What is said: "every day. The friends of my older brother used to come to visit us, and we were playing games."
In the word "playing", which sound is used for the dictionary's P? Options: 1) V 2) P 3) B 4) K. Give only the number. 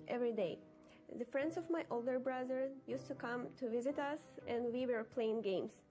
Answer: 2